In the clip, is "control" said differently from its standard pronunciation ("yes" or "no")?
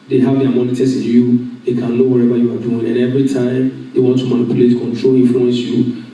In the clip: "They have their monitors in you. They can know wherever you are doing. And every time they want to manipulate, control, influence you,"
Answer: no